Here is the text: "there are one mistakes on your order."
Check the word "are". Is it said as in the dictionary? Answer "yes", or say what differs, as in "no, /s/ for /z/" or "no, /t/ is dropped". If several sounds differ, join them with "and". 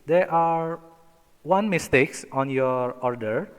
yes